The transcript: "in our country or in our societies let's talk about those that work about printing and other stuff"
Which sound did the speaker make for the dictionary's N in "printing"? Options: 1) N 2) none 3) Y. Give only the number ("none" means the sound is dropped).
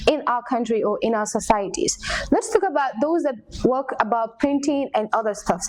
1